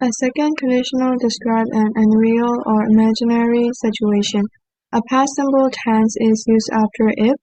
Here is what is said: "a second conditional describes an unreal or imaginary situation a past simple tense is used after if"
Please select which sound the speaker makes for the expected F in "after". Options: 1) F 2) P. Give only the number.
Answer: 1